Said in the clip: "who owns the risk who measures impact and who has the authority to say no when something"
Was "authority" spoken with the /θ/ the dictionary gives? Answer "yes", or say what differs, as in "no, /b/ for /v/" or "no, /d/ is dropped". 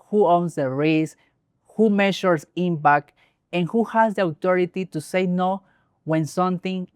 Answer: no, /t/ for /θ/